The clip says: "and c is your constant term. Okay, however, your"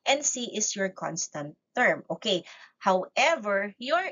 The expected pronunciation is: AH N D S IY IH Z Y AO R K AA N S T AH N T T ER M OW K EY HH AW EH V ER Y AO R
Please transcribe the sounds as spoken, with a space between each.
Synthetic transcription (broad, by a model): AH N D S IY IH S Y AO R K AA N S T AH N T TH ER M OW K EY HH AW EH V ER Y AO R